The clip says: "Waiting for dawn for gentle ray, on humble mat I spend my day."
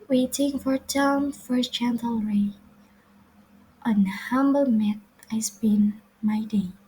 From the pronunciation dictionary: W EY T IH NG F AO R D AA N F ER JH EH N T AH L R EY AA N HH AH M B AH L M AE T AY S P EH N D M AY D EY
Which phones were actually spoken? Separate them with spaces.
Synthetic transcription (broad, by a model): W EY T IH NG F AO R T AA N F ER CH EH N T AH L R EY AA N HH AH M B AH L M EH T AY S B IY N M AY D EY